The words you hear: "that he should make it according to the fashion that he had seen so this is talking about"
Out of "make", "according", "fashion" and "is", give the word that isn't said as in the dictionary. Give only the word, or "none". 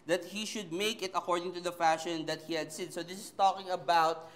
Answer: is